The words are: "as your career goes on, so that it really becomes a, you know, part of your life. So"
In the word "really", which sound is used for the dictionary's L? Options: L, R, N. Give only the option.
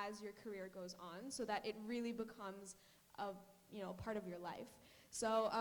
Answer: L